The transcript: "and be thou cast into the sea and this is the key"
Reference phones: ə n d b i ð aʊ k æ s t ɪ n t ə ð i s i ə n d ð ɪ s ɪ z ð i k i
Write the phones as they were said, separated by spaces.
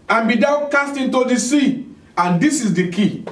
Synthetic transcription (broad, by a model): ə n b i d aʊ k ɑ s t ɪ n t ə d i s i ə n d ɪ s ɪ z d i k i